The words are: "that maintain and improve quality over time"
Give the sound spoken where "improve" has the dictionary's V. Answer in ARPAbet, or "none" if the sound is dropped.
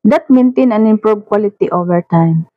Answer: B